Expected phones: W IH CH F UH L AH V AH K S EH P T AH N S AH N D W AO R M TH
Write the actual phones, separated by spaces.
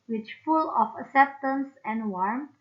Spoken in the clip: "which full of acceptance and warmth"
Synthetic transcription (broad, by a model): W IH CH F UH L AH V AH K S EH P T AH N S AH N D W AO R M